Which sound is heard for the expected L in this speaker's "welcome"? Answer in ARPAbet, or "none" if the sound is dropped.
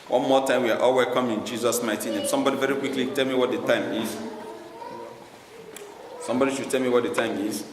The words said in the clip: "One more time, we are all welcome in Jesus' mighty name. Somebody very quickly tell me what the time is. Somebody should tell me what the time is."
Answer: none